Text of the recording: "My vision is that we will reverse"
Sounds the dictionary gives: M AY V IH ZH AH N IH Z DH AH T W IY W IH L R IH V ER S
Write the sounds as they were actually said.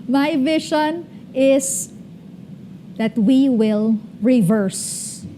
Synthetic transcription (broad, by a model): M AY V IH SH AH N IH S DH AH T W IY W IH L R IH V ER S